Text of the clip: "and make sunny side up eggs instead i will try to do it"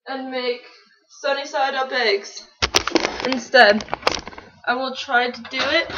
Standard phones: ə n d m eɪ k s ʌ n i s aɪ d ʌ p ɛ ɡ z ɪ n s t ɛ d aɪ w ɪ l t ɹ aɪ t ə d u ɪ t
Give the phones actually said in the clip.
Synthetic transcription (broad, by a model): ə n m eɪ k s ʌ n i s aɪ d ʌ b ɛ ɡ z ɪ n s t ɛ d aɪ w ɪ l t ɹ aɪ t ə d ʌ ɪ t